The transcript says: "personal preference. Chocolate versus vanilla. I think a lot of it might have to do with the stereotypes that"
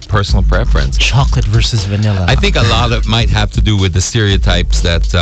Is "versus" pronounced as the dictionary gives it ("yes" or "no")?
yes